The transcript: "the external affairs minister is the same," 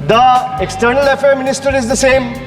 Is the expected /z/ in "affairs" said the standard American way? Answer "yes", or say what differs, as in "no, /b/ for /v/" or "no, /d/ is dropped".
no, /z/ is dropped